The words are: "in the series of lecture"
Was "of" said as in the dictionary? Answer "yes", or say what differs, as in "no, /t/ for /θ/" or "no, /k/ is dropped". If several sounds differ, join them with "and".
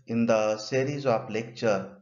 no, /p/ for /v/